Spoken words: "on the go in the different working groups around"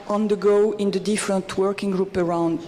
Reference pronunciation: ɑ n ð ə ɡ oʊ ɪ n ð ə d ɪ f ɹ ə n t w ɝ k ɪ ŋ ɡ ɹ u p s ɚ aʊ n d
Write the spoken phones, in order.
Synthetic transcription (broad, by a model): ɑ n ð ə ɡ oʊ ɪ n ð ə d ɪ f ɹ ə n t w ɝ k ɪ ŋ ɡ ɹ u p ɚ aʊ n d